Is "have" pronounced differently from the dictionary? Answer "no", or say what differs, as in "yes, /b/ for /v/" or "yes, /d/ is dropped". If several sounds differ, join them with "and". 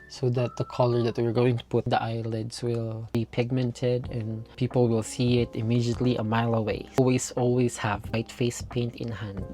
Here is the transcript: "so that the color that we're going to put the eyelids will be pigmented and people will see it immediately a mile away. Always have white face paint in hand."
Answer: no